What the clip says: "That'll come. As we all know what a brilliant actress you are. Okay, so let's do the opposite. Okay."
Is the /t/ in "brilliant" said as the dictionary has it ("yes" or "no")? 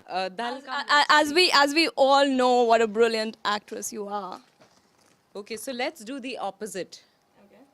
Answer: yes